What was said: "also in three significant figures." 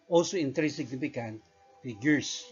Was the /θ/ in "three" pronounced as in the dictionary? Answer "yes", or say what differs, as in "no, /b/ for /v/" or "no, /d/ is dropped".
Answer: no, /t/ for /θ/